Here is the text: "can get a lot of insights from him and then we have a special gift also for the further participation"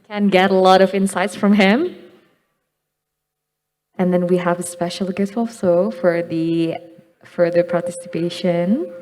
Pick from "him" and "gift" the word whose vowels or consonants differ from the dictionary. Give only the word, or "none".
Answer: gift